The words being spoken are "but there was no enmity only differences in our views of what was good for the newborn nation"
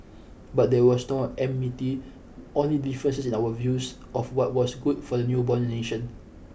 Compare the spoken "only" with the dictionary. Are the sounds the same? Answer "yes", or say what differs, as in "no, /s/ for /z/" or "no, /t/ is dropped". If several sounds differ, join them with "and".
yes